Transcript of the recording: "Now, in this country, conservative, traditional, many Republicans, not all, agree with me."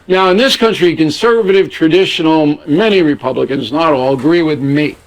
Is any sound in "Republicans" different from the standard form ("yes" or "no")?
no